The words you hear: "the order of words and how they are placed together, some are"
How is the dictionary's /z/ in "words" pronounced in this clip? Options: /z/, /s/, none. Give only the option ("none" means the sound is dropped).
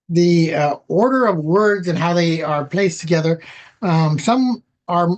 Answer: /z/